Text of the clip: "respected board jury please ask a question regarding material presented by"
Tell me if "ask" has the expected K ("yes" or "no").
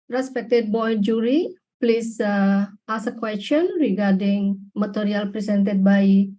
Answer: no